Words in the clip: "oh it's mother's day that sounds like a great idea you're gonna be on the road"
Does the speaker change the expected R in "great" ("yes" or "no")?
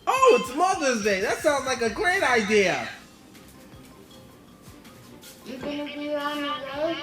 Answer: no